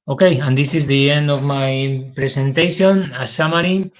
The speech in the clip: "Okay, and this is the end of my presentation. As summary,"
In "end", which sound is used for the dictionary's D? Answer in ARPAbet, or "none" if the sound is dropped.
none